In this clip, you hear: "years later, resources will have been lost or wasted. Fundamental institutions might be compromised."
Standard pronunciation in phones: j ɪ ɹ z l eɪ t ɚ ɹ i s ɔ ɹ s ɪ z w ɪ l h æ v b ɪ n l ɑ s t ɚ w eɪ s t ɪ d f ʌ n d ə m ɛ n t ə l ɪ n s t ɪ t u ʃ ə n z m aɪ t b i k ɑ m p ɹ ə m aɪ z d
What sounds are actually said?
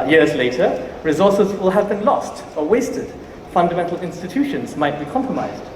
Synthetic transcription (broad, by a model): j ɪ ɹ z l eɪ t ɚ ɹ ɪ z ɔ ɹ s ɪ z w ɪ l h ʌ v b ɪ n l ɑ s t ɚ w eɪ s t ɪ d f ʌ n d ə m ɛ n t l ɪ n s t ɪ t u ʃ ə n z m aɪ t b i k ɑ m p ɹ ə m aɪ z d